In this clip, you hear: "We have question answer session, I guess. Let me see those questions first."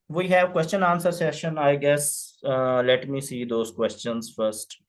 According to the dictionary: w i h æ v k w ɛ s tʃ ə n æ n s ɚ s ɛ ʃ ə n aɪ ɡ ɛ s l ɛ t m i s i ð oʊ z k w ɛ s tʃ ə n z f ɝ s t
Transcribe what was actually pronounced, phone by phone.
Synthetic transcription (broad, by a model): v i h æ v k w ɛ s tʃ ə n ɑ n s ɚ s ɛ ʃ ə n aɪ ɡ ɛ s l ɛ t m i s i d oʊ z k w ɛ s tʃ ə n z f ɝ s t